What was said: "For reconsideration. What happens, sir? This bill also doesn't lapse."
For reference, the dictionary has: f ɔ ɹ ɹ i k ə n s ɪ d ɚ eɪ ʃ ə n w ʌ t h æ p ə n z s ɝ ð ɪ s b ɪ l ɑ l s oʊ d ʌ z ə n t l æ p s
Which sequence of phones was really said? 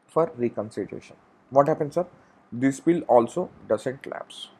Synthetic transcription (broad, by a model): f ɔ ɹ ɹ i k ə n s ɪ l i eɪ ʃ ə n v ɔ t h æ p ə n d s ɝ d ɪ s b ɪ l ɑ l s oʊ d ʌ s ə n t l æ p s